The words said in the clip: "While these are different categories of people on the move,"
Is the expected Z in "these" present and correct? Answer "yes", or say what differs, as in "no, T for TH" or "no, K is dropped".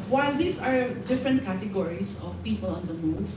no, S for Z